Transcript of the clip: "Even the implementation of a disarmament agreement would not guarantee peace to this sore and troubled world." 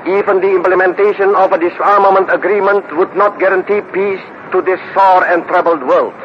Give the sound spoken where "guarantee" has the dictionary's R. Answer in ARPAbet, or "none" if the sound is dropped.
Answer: R